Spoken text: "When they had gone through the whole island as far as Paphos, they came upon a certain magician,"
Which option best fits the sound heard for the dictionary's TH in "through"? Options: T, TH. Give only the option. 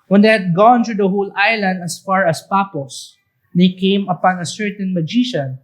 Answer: T